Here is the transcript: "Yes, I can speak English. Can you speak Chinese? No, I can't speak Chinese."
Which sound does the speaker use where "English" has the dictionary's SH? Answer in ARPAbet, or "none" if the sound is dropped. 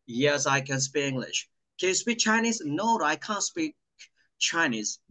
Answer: SH